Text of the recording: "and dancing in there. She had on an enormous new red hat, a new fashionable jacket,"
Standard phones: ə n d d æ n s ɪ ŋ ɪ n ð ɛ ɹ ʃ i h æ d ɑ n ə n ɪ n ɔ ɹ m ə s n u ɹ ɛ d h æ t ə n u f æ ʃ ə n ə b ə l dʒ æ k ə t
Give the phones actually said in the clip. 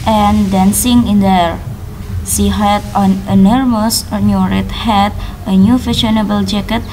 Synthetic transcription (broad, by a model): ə n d d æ n s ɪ ŋ ɪ n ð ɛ ɹ s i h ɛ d ɑ n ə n n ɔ ɹ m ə s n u ɹ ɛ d h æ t ə n u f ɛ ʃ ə n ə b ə l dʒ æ k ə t